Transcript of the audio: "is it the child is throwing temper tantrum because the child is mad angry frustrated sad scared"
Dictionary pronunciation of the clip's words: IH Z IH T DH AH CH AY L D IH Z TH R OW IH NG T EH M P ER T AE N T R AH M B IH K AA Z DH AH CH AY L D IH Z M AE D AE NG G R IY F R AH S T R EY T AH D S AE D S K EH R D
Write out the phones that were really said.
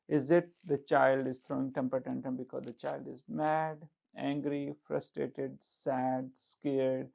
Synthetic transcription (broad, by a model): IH Z IH T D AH CH AY L D IH Z T R OW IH NG T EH M P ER T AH N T AH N B IH K AA Z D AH CH AY L D IH Z M AE D AE NG G R IY F R AH S T R EY T AH D S AE D S K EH R D